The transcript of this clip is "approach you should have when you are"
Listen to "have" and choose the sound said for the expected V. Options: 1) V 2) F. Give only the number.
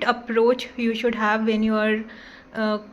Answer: 1